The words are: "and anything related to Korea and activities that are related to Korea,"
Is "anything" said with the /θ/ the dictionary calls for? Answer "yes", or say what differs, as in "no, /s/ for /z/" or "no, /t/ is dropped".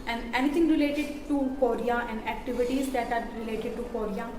no, /t/ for /θ/